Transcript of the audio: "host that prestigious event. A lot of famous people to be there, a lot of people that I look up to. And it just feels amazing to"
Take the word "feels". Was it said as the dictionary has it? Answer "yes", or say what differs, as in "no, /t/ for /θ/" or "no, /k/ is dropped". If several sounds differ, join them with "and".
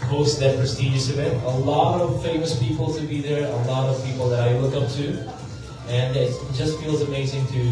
yes